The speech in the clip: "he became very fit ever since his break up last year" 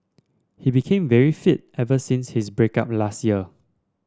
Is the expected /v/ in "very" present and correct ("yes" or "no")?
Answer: yes